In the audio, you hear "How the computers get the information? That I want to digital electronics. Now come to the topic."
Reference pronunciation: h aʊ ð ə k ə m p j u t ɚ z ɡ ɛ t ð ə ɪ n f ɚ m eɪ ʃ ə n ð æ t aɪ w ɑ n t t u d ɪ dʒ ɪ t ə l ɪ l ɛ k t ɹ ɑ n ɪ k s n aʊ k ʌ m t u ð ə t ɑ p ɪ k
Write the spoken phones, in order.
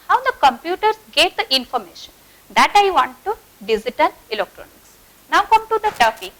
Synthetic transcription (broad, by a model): h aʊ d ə k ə m p j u t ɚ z ɡ ɛ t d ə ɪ n f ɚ m eɪ ʃ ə n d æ t aɪ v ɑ n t t u d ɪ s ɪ t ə n ɪ l ɛ k t ɹ ɑ n ɪ k s n aʊ k ʌ m t u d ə t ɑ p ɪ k